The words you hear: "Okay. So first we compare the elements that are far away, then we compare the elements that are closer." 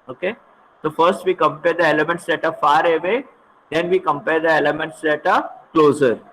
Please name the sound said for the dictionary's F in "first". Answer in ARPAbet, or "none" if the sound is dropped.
F